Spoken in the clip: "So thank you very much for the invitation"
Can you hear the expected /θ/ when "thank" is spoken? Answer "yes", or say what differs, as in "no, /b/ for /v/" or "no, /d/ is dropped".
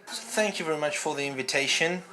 yes